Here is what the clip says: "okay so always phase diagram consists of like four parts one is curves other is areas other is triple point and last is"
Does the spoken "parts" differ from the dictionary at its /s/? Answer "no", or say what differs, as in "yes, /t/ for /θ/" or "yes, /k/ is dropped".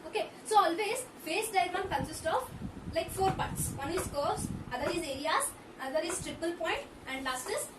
no